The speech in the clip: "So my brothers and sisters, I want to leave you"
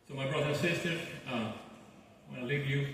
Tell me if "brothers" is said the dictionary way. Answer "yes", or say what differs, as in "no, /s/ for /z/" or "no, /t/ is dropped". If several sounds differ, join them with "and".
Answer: no, /z/ is dropped